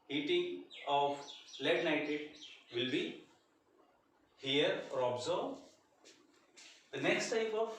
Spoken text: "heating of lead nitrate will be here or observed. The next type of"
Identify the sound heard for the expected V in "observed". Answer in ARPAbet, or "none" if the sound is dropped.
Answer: none